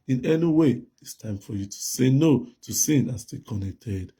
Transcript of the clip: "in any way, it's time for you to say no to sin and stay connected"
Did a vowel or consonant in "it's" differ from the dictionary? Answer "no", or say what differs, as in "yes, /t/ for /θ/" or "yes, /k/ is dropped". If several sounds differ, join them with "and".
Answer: no